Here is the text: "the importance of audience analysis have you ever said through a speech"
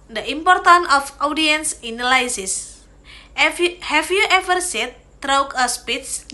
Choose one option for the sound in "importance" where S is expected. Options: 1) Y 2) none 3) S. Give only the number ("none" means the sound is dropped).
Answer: 2